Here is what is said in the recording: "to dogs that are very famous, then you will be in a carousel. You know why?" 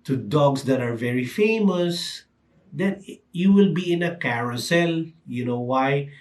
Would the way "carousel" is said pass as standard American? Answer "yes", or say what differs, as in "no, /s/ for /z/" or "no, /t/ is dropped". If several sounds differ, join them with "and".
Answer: yes